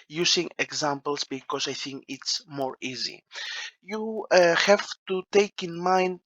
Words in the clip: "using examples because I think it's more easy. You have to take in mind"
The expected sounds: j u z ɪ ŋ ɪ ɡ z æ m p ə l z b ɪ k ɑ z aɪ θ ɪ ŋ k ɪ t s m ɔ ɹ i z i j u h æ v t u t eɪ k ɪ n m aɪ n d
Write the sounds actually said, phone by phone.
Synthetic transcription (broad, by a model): j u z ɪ ŋ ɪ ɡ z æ m p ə l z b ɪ k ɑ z aɪ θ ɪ ŋ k ɪ t s m ɔ ɹ i z i j u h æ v t u t eɪ k ɪ n m aɪ n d